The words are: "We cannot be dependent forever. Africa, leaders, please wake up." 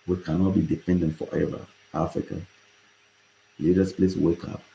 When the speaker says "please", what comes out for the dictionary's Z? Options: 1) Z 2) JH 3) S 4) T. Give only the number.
3